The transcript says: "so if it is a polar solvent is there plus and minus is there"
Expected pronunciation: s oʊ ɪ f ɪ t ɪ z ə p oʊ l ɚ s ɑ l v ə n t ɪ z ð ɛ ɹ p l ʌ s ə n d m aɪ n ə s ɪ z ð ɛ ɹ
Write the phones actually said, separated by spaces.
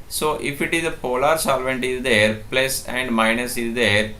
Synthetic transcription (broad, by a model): s oʊ ɪ f ɪ t ɪ z ə p oʊ l ɚ s ɑ l v ə n t ɪ z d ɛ ɹ p l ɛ s ə n d m aɪ n ə s ɪ z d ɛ ɹ